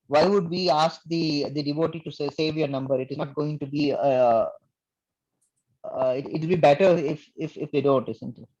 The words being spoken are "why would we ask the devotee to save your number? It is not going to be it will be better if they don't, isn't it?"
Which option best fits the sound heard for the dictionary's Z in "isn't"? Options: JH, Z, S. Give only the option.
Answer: S